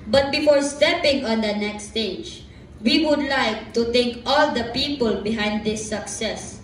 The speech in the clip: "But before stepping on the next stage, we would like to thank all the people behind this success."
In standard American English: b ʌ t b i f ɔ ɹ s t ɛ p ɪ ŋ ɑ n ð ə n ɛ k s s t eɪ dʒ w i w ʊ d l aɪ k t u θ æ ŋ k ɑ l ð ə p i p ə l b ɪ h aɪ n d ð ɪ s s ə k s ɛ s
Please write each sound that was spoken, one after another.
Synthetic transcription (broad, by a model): b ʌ t b i f ɔ ɹ s t ɛ p ɪ ŋ ɑ n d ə n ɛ k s s t eɪ dʒ w i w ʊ d l aɪ k t u t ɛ ŋ k ɑ l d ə p i p ə l b ɪ h aɪ n d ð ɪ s s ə k s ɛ s